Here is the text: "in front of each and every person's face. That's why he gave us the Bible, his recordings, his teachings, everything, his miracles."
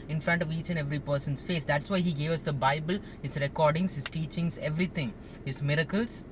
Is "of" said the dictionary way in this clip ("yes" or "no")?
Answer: yes